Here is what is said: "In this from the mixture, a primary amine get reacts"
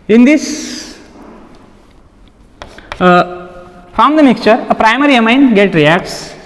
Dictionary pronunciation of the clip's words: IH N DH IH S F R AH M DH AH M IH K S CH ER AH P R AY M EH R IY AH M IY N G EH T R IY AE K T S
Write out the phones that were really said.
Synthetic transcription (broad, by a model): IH N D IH S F R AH M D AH M IH K S CH ER AH P R AY M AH R IY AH M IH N G EH T R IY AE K T S